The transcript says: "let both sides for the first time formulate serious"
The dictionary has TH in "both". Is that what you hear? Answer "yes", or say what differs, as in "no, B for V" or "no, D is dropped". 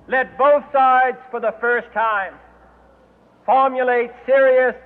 yes